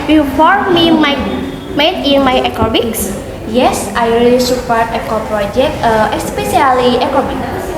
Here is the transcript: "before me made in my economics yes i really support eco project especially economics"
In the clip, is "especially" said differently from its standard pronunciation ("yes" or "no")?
yes